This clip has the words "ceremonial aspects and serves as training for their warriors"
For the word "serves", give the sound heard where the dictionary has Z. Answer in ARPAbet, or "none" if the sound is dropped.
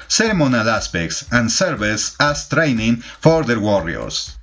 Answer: S